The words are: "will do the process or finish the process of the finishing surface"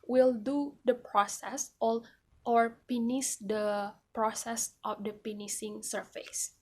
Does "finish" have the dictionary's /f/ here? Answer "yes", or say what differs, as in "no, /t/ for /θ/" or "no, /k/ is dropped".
no, /p/ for /f/